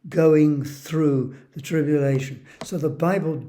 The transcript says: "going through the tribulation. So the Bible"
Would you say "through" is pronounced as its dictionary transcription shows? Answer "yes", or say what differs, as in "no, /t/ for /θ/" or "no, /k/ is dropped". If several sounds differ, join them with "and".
yes